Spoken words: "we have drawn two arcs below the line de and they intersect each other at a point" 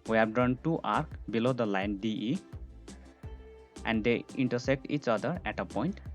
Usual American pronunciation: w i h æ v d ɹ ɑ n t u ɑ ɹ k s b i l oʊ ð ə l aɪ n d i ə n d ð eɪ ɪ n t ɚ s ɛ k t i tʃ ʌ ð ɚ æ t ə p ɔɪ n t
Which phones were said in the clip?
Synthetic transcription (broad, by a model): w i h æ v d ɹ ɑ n t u ɑ ɹ k b i l oʊ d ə l aɪ n d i ə n d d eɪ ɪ n t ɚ s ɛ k t i tʃ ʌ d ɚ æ t ə p ɔɪ n t